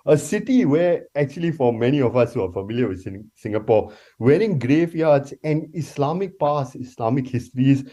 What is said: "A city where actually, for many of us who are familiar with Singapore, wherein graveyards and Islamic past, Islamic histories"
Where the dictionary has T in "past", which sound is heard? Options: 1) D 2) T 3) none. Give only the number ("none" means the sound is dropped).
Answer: 3